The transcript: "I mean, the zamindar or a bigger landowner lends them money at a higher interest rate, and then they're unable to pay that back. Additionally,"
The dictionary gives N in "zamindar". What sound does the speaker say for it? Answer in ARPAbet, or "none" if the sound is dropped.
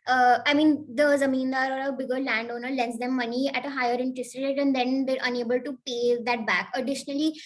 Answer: N